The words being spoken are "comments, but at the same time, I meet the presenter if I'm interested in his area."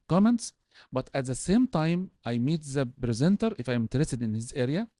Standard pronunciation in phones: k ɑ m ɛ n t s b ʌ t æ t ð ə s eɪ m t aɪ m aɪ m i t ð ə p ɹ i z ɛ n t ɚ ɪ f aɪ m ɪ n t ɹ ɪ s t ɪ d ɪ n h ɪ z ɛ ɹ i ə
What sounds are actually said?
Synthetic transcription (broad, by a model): k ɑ m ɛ n t s b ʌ t æ t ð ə s eɪ m t aɪ m aɪ m i t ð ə p ɹ i z ɛ n t ɚ ɪ f aɪ m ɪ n t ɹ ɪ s t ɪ d ɪ n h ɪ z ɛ ɹ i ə